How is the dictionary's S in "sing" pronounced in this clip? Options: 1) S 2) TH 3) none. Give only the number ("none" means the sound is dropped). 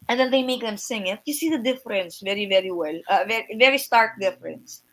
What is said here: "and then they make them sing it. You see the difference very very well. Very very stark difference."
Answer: 1